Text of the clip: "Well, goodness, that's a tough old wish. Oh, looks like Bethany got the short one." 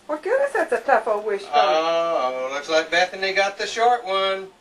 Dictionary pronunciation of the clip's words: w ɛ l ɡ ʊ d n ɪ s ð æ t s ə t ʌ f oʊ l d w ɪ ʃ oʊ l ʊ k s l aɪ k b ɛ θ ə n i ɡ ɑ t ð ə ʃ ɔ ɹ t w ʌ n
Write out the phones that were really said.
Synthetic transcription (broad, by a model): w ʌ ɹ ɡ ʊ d ɪ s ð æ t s ə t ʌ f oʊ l w ɪ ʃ oʊ l ʊ k s l aɪ k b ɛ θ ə n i ɡ ɑ t ð ə ʃ ɔ ɹ t w ʌ n